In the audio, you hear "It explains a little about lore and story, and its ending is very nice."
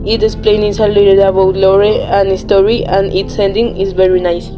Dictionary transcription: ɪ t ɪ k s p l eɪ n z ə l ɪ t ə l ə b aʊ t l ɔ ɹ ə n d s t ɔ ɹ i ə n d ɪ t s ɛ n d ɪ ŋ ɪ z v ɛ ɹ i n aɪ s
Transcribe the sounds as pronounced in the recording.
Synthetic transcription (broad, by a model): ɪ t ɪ s p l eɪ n s ə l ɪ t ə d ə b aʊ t l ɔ ɹ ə n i s t ɔ ɹ i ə n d ɪ t s ɛ n d ɪ ŋ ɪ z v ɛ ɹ i n aɪ s